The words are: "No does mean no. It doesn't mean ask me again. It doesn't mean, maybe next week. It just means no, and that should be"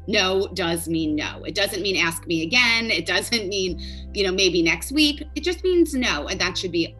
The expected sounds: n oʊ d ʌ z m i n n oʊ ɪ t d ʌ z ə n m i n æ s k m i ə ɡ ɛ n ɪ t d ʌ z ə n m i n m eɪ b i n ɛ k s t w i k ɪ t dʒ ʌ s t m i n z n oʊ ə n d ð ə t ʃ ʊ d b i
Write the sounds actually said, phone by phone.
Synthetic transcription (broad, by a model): n oʊ d ʌ z m i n n oʊ ɪ t d ʌ z ə n m i n æ s k m i ə ɡ ɛ n ɪ t d ʌ z ə n m i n m eɪ b i n ɛ k s t w i k ɪ t dʒ ʌ s t m i n z n oʊ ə n ð ə t ʃ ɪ d b i